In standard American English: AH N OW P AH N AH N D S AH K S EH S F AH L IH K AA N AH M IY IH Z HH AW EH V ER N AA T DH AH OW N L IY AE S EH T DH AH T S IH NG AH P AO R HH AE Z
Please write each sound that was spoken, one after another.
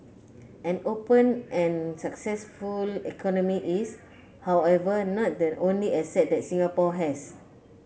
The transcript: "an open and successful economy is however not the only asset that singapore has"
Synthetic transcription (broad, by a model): AH N OW P AH N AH N S AH K S EH S F AH L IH K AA N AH M IY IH S HH AW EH V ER N AA T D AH OW N L IY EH S EH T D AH T S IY NG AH P AO HH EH S